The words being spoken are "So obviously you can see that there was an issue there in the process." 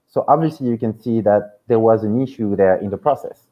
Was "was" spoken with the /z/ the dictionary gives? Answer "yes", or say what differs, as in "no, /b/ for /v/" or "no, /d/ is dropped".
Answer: yes